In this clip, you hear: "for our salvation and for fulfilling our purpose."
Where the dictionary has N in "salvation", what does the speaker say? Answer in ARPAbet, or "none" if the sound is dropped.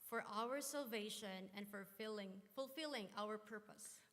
N